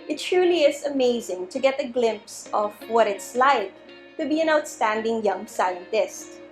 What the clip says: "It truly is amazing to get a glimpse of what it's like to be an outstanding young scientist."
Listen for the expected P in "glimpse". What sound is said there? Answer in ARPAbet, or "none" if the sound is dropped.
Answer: P